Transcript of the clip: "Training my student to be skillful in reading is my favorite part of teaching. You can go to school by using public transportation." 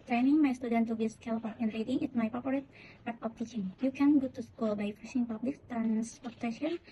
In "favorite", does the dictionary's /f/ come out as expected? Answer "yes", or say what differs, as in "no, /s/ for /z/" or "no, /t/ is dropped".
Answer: no, /p/ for /f/